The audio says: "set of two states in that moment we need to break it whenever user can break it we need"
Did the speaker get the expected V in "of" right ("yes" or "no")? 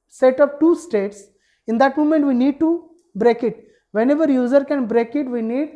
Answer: no